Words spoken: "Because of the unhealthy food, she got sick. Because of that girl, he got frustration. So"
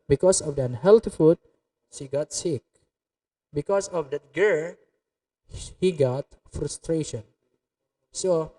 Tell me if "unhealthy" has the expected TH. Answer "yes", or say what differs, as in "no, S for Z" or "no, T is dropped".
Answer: no, T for TH